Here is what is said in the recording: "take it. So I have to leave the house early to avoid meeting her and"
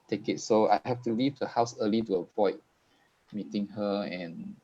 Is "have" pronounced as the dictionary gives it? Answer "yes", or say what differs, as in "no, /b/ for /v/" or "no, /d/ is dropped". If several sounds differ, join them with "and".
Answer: no, /f/ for /v/